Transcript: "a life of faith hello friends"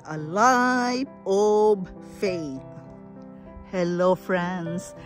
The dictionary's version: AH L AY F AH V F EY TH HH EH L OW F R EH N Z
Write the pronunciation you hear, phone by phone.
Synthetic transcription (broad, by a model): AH L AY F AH B F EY T HH EH L OW F R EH N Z